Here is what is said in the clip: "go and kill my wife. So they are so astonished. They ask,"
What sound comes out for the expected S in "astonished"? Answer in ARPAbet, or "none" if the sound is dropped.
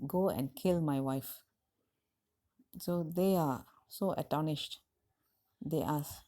none